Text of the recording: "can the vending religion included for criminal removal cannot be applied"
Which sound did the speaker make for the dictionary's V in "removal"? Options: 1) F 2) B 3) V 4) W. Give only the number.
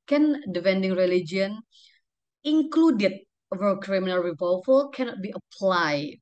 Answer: 1